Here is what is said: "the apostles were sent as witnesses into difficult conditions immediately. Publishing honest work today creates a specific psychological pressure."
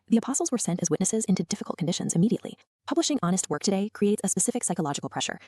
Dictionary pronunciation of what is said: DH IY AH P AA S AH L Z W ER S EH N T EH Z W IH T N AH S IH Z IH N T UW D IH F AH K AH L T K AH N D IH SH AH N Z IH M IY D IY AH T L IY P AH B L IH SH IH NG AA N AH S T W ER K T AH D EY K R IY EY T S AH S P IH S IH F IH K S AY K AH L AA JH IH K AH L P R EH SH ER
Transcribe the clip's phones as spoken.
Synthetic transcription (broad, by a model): DH IY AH P AA S L Z W ER S EH N T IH Z W IH T N AH S IH Z IH N T UW D IH F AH K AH L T K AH N D IH SH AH N Z IH M IY D IY AH T L IY P AH B L IH SH IH NG AA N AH S T W ER K T AH D EY K R IY EY T S AH S P IH S IH F IH K S AY K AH L AA JH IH K L P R EH SH ER